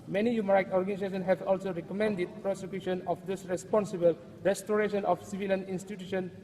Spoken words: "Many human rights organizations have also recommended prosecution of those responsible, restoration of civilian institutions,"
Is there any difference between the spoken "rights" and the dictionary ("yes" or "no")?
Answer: yes